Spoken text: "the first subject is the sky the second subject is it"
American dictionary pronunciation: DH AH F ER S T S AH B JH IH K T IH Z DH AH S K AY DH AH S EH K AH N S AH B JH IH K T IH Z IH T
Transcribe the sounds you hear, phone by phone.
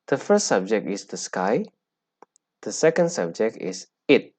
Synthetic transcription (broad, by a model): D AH F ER S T S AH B JH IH K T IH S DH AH S K AY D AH S EH K AH N S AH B JH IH K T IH S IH T